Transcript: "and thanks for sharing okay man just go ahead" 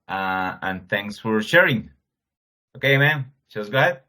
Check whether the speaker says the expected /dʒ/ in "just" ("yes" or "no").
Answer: no